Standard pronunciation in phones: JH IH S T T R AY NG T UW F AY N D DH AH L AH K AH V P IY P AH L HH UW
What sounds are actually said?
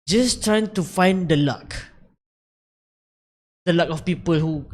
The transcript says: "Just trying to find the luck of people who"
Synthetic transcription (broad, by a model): JH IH S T T R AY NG T UW F AY N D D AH L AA K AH F P IY P AH L HH UW